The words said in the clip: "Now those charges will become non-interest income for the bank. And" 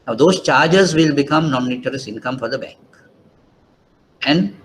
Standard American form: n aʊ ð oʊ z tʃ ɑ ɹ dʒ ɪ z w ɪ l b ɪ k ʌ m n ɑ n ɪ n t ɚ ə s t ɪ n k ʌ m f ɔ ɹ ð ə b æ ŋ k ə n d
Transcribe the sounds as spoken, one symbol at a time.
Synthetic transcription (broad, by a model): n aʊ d oʊ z tʃ ɑ ɹ dʒ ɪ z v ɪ l b ɪ k ʌ m n ɑ n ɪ t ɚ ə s ɪ n k ʌ m f ɔ ɹ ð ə b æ ŋ k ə n d